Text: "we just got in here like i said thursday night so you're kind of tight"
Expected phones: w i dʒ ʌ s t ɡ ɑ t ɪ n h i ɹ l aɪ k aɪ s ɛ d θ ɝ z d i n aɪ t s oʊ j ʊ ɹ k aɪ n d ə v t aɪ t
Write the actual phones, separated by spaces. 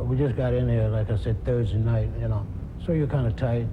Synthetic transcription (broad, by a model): w i dʒ ʌ s ɡ ɑ t ɪ n h i ɹ l aɪ k aɪ s ɛ d θ ɝ z d i n aɪ t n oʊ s ʊ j k aɪ n d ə t aɪ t